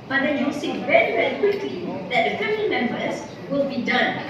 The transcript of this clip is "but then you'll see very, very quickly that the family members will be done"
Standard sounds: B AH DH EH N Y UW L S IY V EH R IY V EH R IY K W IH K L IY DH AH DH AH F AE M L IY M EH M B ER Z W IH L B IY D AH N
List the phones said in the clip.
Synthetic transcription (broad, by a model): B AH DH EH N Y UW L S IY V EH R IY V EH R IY K W IH K L IY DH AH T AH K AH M N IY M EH M B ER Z W IH L B IY D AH N